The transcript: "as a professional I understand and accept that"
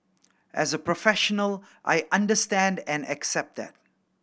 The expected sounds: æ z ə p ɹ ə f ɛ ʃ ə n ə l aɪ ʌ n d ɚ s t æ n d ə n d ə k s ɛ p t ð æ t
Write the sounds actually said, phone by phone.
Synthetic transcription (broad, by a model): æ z ə p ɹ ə f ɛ ʃ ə n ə l aɪ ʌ n d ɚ s t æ n d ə n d ə k s ɛ p t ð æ t